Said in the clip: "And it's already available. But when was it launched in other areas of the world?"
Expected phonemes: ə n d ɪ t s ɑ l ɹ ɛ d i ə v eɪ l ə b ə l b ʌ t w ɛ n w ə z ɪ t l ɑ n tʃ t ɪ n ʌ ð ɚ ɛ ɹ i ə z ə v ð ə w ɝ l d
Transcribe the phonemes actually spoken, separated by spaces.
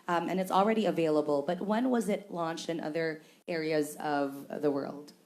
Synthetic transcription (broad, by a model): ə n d ɪ t s l ɹ ɛ d i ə v eɪ l ə b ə l b ʌ t w ɛ n w ə z ɪ t l ɑ n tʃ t ɪ n ʌ ð ɚ ɛ ɹ i ə z ə v ð ə w ɝ l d